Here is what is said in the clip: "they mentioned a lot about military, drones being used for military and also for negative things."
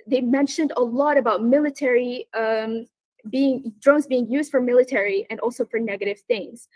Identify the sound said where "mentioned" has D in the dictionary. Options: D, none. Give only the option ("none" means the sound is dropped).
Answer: D